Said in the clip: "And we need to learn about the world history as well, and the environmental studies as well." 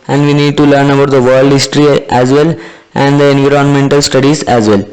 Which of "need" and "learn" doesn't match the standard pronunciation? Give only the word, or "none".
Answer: none